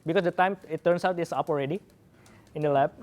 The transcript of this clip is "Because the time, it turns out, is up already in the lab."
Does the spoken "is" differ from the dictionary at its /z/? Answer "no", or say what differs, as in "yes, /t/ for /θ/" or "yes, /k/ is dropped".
yes, /s/ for /z/